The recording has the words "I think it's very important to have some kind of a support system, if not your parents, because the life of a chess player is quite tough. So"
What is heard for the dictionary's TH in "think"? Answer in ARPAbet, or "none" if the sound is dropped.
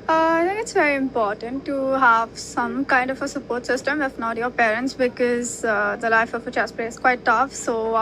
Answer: T